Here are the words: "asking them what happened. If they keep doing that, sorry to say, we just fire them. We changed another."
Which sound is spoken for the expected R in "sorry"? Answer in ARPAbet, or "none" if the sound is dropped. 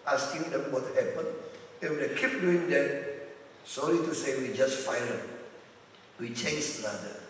L